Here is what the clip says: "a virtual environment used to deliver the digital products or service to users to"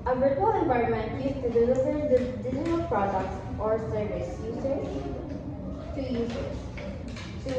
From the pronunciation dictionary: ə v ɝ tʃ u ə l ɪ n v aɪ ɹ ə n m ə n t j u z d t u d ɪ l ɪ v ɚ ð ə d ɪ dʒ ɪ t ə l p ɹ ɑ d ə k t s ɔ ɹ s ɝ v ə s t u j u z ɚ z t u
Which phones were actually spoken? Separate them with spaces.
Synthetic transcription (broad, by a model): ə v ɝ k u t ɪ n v aɪ ə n m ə n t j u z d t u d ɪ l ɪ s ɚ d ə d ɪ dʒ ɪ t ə l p ɹ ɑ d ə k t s ɔ ɹ s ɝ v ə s t u j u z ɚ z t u